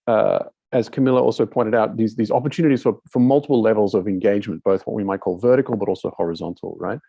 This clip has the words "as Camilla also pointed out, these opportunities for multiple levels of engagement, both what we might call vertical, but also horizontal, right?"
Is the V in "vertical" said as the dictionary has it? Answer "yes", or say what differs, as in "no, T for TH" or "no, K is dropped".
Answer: yes